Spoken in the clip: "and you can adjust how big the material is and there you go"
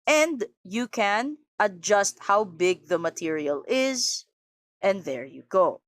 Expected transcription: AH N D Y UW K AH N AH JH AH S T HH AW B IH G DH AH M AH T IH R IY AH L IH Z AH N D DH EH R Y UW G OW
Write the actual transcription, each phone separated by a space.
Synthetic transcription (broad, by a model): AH N D Y UW K AH N AH JH AH S T HH AW B IH G DH AH M AH T IH R IY AH L IH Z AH N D DH EH R Y UW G OW